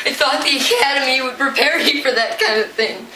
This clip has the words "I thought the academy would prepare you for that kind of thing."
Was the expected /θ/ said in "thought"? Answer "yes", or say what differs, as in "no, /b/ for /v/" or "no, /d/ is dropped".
no, /s/ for /θ/